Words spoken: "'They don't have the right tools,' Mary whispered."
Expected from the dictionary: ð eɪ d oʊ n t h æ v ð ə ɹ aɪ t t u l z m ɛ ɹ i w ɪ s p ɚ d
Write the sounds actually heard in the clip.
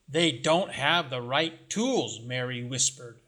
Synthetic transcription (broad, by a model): ð eɪ d oʊ n t h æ v ð ə ɹ aɪ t t u l z m ɛ ɹ i w ɪ s p ɚ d